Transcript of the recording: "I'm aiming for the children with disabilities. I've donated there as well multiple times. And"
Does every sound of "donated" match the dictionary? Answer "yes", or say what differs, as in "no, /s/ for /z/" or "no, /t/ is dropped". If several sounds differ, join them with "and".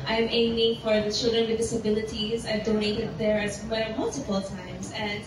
no, /n/ is dropped